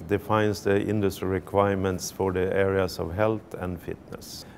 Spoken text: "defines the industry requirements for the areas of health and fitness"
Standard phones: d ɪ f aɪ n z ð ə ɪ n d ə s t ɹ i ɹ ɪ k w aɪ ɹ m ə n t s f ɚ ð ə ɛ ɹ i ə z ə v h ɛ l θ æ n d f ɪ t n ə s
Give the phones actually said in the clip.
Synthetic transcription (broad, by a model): d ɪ f aɪ n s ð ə ɪ n d ə s t ɹ i ɹ ɪ k w aɪ ɹ m ə n t s f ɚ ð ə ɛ ɹ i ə s ə v h ɛ l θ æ n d f ɪ t n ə s